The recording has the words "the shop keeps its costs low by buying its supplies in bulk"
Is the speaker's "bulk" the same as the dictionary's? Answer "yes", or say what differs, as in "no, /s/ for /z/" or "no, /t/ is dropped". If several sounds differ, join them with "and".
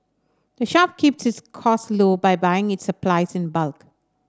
yes